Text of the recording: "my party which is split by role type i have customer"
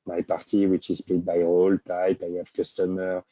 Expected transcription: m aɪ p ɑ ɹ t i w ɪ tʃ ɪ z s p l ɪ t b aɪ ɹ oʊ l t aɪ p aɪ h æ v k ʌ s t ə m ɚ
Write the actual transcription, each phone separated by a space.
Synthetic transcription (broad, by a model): m aɪ p ɑ ɹ t i w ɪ tʃ ɪ z p l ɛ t b aɪ ɹ oʊ l t aɪ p aɪ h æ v k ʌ s t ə m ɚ